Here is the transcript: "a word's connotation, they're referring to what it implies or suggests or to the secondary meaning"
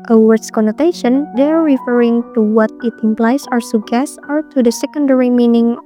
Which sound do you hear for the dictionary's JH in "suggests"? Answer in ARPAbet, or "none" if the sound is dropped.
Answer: none